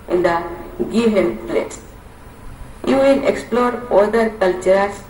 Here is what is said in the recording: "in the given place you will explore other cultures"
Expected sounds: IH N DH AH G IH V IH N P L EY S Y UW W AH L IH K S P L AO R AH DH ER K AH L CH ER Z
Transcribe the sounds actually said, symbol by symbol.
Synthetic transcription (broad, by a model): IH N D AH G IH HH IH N P L EY S Y UW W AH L IH K S P L AO R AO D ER K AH L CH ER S